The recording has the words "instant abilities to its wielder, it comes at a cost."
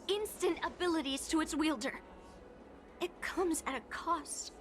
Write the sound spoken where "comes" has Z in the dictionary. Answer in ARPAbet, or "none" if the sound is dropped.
Z